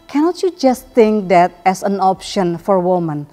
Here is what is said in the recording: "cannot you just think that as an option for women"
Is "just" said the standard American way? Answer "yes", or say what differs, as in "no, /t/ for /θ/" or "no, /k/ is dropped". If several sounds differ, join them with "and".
yes